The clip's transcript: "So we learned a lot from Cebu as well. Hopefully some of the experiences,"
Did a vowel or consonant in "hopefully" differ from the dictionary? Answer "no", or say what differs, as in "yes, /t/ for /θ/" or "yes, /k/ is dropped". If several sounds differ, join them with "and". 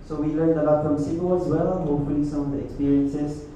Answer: no